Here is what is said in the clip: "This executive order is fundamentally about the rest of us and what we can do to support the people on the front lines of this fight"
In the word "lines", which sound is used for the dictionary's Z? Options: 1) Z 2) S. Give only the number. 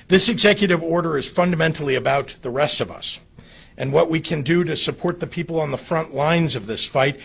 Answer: 1